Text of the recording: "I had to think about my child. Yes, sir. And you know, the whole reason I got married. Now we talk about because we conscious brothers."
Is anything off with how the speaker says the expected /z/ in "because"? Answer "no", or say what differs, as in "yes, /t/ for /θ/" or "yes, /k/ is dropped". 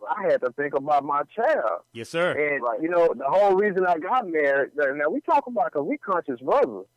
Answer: yes, /z/ is dropped